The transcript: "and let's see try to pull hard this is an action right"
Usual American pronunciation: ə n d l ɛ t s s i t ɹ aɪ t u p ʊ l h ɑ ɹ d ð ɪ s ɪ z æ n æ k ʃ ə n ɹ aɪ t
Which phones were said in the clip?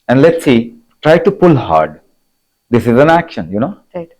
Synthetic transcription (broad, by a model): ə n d l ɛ t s s i t ɹ aɪ t u p ʊ l h ɑ ɹ d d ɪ s ɪ z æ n æ k ʃ ə n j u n